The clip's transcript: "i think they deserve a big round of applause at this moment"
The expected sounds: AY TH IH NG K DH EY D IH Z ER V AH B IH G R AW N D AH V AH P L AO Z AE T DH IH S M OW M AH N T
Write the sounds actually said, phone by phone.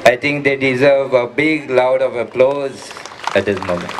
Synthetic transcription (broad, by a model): AY T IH NG K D EY D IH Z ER V AH B IH G L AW D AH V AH P L AO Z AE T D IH S M OW M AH N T